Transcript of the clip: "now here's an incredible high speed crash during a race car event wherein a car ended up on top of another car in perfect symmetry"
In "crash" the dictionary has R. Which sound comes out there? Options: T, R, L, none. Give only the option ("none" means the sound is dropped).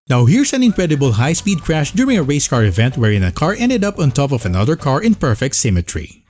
R